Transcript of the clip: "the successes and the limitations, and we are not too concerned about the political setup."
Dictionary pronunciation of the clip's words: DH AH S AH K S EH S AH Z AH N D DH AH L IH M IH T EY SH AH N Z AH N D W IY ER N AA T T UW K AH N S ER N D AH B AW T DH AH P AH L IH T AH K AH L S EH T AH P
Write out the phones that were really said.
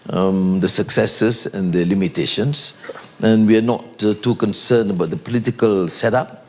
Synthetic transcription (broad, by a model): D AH S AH K S EH S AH S AH N D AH L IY M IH T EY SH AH N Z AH N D W IY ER N AA T T UW K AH N S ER N AH B AW T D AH P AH L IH T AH K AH L S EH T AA P